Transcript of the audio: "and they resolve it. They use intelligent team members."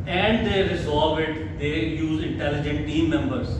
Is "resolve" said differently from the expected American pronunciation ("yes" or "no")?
yes